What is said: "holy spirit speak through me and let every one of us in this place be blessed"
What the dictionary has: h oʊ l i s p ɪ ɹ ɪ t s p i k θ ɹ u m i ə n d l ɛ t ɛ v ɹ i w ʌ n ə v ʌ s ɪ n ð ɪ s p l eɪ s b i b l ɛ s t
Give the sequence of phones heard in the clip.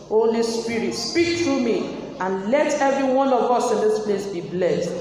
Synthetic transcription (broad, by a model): oʊ l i s p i ɹ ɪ t s p i k t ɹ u m i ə n l ɛ t ɛ v ɹ i w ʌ n ə v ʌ s ɪ n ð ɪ s p l eɪ s b i b l ɛ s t